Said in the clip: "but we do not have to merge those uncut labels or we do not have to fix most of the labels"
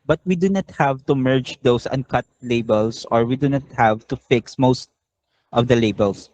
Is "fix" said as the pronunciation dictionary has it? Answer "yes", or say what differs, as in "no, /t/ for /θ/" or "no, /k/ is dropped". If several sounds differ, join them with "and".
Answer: yes